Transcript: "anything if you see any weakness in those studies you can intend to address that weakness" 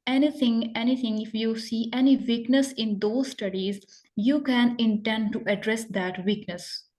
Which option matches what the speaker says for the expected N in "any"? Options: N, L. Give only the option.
N